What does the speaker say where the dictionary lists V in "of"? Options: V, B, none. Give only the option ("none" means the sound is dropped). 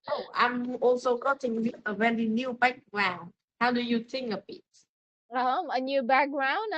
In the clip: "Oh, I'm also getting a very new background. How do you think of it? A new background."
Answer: B